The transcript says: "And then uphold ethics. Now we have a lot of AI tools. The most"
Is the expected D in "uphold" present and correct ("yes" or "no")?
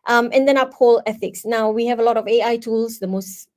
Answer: no